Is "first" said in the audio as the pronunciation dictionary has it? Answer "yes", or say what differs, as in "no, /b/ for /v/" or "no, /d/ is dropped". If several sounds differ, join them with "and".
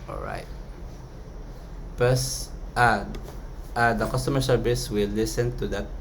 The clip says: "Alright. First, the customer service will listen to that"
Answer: no, /p/ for /f/